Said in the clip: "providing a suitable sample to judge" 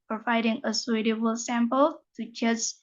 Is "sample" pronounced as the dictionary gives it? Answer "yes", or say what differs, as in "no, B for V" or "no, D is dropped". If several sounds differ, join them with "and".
yes